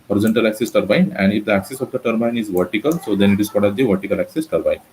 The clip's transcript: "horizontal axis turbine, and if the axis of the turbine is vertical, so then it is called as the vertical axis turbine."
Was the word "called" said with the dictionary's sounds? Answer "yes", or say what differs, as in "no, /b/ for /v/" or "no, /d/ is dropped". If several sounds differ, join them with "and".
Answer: no, /l/ is dropped